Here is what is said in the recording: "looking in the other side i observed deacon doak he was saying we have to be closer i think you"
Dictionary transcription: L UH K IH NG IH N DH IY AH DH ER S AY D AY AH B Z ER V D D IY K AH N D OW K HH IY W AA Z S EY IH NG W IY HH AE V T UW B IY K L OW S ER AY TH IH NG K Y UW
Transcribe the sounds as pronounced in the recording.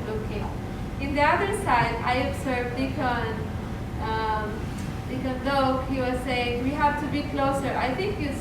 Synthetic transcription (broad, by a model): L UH K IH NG IH N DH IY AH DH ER S AY D AY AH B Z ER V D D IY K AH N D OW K HH IY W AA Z S EY IH NG W IY HH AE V T UW B IY K L OW S ER AY T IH NG K Y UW